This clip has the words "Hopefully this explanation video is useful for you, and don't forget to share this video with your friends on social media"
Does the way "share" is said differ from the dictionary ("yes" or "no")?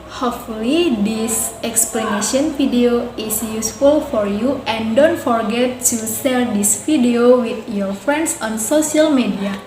yes